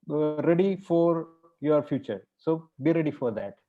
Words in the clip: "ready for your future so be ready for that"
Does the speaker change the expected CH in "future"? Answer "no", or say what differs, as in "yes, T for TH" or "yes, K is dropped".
no